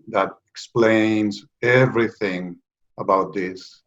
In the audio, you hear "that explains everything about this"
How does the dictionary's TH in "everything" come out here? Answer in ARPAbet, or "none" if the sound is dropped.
TH